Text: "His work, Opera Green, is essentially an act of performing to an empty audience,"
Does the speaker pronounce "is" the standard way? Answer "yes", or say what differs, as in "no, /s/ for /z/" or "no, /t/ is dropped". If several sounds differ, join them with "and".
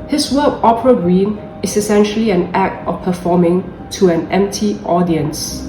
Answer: no, /s/ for /z/